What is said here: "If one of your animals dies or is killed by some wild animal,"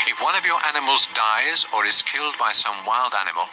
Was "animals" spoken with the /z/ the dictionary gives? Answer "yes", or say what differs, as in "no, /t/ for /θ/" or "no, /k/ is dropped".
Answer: yes